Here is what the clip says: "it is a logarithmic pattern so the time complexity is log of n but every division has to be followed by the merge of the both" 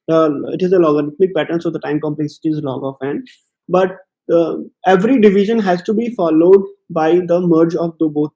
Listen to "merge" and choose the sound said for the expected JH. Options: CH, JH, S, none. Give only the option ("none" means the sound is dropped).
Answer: JH